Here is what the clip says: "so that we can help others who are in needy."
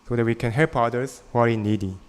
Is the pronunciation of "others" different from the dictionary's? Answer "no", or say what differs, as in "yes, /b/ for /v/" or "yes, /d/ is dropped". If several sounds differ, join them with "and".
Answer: yes, /s/ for /z/